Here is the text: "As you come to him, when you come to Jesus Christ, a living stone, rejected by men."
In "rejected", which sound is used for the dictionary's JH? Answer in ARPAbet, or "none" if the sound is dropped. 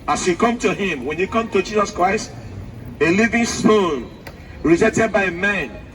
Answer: Z